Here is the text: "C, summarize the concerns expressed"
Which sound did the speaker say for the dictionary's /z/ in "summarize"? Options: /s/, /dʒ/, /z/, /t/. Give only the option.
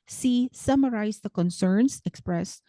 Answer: /s/